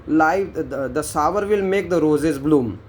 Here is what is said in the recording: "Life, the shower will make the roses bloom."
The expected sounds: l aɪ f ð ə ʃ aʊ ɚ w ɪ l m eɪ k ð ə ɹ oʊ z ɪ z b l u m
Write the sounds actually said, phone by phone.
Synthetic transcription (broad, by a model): l aɪ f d ə s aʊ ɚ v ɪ l m eɪ k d ə ɹ oʊ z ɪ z b l u m